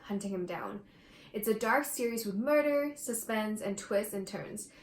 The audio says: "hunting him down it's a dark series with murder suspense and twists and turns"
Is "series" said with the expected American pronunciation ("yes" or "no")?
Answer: yes